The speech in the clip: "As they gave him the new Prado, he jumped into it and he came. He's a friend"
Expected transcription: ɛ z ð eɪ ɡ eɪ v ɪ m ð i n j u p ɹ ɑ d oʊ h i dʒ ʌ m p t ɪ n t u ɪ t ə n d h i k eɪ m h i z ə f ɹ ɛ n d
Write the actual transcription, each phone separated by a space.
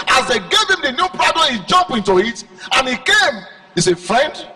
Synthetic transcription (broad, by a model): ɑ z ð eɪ ɡ eɪ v ɪ m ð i n j u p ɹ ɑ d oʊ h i dʒ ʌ m p ɪ n t u ɪ t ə n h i k eɪ m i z ə f ɹ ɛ n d